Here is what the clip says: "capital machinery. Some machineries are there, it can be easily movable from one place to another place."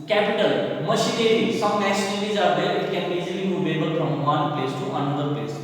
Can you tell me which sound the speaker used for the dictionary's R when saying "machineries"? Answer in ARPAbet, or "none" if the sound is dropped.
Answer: L